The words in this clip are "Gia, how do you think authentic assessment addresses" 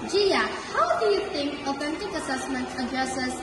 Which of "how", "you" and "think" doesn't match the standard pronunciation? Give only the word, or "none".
think